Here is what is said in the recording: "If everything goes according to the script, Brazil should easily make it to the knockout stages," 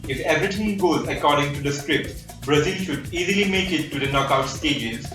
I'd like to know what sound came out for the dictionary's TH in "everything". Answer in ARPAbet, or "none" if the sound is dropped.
T